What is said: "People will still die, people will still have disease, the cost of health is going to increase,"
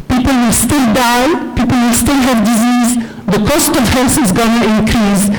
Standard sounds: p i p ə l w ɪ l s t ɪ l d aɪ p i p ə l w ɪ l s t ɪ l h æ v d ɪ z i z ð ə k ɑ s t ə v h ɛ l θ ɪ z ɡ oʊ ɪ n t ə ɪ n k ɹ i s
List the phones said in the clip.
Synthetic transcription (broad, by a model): p i p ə l w ɪ l s t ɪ l d aɪ p i p ə l w ɪ l s t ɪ l h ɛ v d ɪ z i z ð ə k ɑ s t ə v h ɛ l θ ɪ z ɡ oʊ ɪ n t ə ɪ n k ɹ i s